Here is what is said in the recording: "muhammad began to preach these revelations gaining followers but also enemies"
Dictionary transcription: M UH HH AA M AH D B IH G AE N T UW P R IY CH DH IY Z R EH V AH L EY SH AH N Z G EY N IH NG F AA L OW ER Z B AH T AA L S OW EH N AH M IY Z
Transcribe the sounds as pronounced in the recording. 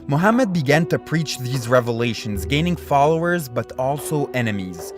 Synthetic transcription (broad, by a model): M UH HH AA M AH D B IH G AE N T UW P R IY CH DH IY Z R EH V AH L EY SH AH N Z G EY N IH NG F AA L OW ER Z B AH T AA L S OW EH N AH M IY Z